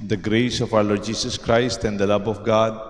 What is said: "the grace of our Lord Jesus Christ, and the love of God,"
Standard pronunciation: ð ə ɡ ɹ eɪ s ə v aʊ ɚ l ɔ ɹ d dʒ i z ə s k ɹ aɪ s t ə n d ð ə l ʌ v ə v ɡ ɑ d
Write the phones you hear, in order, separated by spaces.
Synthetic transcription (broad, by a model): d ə ɡ ɹ eɪ s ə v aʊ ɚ l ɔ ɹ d dʒ i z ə s k ɹ aɪ s t ə n d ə l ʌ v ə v ɡ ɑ d